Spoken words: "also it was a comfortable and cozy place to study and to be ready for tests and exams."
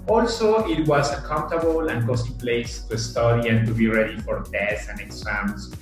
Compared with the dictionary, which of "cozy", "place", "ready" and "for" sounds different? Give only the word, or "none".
cozy